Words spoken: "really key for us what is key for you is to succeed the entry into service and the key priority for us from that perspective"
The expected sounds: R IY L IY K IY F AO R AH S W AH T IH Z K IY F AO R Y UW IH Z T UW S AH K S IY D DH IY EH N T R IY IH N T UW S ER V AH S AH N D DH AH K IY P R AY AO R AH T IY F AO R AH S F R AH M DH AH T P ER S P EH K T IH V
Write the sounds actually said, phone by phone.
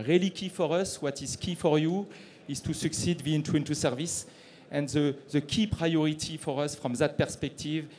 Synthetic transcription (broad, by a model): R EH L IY K IY F AO R AH S W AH T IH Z K IY F AO R Y UW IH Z T UW S AH K S IY D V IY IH N T IY IH N T UW S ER V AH S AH N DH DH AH K IY P R AY AO R AH T IY F AO R AH S F R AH M DH AH T P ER S P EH K T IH V